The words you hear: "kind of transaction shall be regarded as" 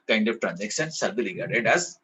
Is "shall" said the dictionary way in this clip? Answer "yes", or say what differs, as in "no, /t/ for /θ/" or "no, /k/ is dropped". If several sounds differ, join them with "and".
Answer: no, /s/ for /ʃ/